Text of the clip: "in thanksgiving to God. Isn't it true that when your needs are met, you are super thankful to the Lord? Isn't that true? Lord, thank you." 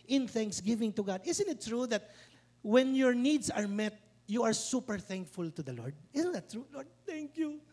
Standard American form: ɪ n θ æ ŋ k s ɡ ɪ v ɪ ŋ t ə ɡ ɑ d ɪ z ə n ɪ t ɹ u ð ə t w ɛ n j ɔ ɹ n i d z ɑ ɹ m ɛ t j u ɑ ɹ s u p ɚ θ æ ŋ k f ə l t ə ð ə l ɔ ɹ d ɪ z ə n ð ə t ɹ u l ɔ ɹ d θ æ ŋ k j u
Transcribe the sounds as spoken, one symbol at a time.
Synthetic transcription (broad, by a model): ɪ n θ æ ŋ k s ɡ ɪ v ɪ ŋ t ə ɡ ɑ d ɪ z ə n ɪ t ɹ u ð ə t w ɛ n j ɔ ɹ n i d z ɑ ɹ m ɛ t j u ɑ ɹ s u p ɚ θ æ ŋ k f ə l t ə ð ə l ɔ ɹ d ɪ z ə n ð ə t ɹ u l ɔ ɹ d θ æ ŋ k j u